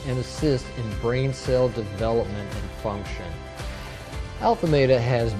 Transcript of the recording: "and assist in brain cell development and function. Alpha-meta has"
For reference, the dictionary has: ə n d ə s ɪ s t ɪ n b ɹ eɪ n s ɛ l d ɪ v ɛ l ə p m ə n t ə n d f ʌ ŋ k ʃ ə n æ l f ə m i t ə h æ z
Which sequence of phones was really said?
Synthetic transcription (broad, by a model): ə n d ə s ɪ s t ɪ n b ɹ eɪ n s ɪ l d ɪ v ɛ l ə p m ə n t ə n f ʌ ŋ k ʃ ə n æ l f ə m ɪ t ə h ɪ z